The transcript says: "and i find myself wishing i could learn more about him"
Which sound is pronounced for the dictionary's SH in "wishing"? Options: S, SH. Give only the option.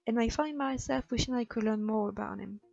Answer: SH